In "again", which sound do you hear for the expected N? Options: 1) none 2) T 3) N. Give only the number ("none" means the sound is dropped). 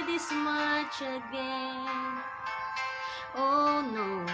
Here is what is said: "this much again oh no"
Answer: 1